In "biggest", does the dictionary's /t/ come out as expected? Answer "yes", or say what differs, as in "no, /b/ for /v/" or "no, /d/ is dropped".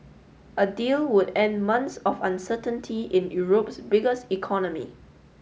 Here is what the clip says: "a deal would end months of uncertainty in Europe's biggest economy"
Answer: yes